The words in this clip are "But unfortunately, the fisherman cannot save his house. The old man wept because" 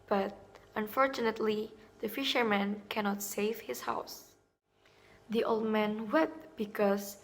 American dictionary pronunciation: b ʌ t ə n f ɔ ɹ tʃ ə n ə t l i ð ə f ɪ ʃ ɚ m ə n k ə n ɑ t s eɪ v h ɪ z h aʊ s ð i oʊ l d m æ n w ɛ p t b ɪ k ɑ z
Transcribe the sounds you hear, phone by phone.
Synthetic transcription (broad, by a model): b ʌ t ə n f ɔ ɹ tʃ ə n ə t l i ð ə f ɪ ʃ ɚ m ə n k ə n ɑ t s eɪ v h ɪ s h aʊ s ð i oʊ l d m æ n w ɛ t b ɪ k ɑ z